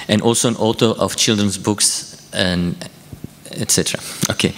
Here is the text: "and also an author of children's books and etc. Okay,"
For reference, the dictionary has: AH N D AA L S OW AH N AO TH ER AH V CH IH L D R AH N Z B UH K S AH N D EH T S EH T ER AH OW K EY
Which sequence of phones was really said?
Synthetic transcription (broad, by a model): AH N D AA L S OW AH N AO T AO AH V CH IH L D R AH N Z B UH K S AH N EH T S EH T ER AH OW K EY